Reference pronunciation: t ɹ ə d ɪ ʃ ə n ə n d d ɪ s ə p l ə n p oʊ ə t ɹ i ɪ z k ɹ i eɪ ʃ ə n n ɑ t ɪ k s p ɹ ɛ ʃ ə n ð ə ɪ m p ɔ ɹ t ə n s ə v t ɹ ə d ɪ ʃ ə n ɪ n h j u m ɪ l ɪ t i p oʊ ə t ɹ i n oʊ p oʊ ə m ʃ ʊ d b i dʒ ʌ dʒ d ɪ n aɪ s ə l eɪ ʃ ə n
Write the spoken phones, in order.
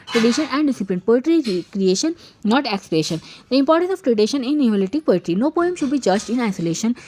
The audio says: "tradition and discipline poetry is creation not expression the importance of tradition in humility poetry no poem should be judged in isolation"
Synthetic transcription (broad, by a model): t ɹ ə d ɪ ʃ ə n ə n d d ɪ s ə p l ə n p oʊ t ɹ i k ɹ i eɪ ʃ ə n n ɑ t ɪ k s p ɹ ɛ ʃ ə n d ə ɪ m p ɔ ɹ t ə n s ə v t ɹ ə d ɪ ʃ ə n ɪ n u ɔ l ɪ t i p oʊ ə t ɹ i n oʊ p oʊ ə m ʃ ʊ d b i dʒ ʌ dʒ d ɪ n aɪ s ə l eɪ ʃ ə n